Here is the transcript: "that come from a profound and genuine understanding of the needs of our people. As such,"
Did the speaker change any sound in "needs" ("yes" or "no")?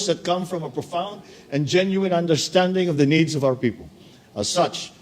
no